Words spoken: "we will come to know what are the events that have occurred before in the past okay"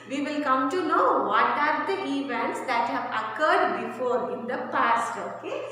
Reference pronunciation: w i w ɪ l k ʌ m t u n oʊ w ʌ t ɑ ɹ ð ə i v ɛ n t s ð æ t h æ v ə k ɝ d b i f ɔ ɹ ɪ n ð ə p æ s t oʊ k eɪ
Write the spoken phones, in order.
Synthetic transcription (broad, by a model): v i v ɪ l k ʌ m t u n oʊ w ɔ t ɑ ɹ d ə i v ɛ n t s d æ t h æ v ə k ɝ d b i f ɔ ɹ ɪ n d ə p æ s t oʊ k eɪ